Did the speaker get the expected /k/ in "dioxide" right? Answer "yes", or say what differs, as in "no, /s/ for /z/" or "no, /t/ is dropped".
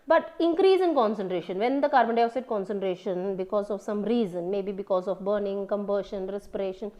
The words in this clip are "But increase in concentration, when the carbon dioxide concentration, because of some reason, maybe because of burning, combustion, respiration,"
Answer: no, /k/ is dropped